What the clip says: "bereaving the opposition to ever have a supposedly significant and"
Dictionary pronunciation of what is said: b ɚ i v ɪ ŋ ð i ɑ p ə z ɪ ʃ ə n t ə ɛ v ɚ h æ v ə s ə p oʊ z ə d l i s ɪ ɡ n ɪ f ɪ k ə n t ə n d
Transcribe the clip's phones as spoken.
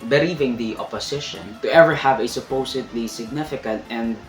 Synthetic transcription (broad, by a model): b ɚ i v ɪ ŋ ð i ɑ p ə s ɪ ʃ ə n t ə ɛ v ɚ h æ v ə s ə p oʊ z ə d l i s ɪ ɡ n ɪ f ɪ k ə n t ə n d